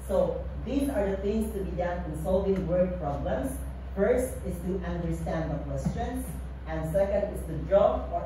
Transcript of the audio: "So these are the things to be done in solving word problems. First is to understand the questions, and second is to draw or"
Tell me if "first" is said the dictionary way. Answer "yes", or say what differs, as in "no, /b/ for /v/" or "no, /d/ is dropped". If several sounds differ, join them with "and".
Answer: yes